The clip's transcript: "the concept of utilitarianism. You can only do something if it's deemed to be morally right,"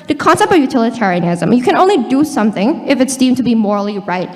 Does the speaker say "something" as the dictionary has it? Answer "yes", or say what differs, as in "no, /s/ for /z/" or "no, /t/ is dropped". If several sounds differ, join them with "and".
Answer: yes